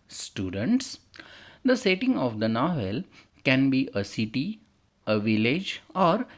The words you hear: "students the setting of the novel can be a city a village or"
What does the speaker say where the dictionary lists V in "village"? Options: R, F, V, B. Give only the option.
V